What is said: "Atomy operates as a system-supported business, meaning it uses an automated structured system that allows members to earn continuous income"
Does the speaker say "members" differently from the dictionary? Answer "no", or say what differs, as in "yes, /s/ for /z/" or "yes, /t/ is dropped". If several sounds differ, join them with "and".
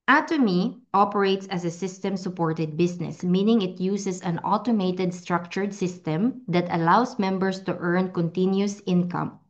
yes, /s/ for /z/